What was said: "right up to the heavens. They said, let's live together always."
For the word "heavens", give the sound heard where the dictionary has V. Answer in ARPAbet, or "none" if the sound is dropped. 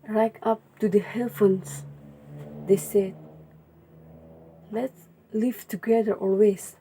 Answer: F